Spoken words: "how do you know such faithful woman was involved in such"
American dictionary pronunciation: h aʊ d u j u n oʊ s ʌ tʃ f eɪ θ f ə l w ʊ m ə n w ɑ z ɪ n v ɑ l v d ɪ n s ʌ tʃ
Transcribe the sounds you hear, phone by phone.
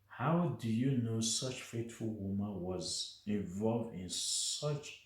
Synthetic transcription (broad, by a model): h aʊ d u j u n oʊ s ʌ tʃ f eɪ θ f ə l w ʊ m ə n w ɑ z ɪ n v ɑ l v d ɪ n s ʌ tʃ